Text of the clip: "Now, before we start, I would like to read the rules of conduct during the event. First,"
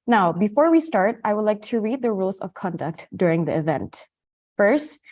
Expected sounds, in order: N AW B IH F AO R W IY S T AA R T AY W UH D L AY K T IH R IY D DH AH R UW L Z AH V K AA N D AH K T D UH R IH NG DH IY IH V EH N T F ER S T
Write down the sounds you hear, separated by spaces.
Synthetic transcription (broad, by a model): N AW B IH F AO R W IY S T AA R T AY W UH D L AY K T IH R IY D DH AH R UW L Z AH V K AA N D AH K T D UH R IH NG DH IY IH V EH N T F ER S T